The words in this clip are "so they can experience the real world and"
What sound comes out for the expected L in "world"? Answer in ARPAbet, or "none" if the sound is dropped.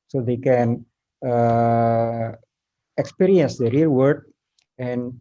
none